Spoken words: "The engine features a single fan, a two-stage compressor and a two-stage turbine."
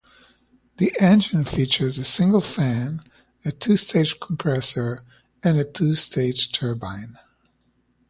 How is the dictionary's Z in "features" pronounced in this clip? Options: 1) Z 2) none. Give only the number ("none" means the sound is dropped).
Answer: 1